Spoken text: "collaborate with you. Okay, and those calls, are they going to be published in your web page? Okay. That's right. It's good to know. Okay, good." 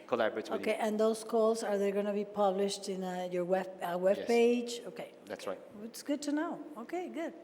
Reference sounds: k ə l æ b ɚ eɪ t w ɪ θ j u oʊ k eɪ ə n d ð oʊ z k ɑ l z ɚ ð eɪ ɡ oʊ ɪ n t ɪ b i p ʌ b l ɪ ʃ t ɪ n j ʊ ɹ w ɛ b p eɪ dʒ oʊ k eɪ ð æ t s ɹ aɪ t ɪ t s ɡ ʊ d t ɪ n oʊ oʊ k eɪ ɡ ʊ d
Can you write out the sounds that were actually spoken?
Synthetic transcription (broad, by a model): k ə l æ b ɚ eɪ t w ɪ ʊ k eɪ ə n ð oʊ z k ɑ l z ɚ ð eɪ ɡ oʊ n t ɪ b i p ʌ b l ɪ ʃ t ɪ n j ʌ ɹ w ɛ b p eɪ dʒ oʊ k eɪ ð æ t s ɹ aɪ t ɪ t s ɡ ʊ d t ɪ n oʊ oʊ k eɪ ɡ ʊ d